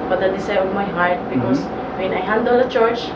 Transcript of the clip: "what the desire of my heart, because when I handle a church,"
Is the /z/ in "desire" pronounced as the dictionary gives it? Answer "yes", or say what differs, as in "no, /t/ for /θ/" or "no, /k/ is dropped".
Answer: no, /s/ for /z/